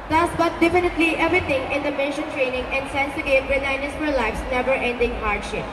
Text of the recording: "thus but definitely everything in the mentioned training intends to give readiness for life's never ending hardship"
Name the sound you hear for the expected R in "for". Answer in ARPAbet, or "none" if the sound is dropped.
L